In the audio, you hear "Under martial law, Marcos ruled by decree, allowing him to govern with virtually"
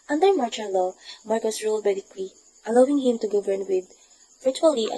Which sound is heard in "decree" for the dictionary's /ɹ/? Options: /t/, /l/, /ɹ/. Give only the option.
/l/